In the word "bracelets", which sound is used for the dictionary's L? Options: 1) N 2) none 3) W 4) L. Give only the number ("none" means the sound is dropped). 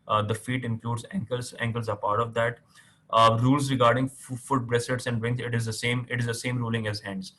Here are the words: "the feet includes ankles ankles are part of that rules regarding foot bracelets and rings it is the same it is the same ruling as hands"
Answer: 2